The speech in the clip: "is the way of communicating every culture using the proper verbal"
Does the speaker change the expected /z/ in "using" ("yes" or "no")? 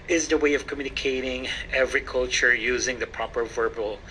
no